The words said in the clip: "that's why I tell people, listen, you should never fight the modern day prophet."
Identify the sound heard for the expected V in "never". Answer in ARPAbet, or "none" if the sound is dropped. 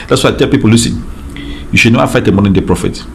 none